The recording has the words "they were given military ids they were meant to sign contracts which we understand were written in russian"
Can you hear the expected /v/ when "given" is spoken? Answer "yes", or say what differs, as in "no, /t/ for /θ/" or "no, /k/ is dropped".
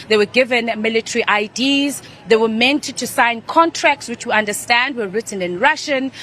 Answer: yes